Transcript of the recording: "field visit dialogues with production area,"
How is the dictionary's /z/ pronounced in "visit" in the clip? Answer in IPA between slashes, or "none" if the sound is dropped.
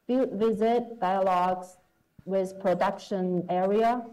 /z/